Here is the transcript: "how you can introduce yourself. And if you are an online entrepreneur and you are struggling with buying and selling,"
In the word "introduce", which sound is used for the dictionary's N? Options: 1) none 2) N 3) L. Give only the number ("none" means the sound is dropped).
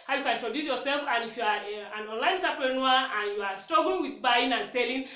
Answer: 1